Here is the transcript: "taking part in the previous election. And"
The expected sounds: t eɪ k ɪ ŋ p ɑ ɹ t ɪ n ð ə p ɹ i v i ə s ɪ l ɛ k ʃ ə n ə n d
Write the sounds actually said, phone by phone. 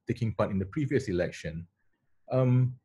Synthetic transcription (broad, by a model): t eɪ k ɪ ŋ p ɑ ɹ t ɪ n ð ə p ɹ i v i ə s ɪ l ɛ k ʃ ə n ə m